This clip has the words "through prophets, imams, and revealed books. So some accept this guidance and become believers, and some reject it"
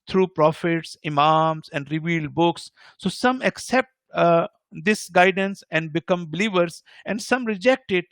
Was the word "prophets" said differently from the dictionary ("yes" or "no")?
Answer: no